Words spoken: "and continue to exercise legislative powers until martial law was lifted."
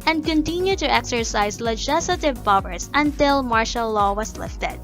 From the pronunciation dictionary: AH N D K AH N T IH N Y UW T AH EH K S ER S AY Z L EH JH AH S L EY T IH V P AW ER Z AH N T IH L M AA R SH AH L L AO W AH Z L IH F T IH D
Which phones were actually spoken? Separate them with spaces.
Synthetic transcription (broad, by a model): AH N D K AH N T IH N Y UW T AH EH K S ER S AY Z L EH JH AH S L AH T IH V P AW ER S AH N T IH L M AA R SH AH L L AO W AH S L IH F T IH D